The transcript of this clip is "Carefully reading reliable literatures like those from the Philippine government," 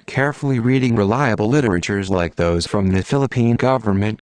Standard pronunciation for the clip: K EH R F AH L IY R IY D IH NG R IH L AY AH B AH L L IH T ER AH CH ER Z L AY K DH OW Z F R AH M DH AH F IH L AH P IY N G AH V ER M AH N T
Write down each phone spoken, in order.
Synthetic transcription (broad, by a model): K EH R F L IY R IY D IH NG R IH L AY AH B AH L L IH T ER AH CH ER Z L AY K DH OW Z F R AH M DH AH F IH L AH P IY N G AH V ER M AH N T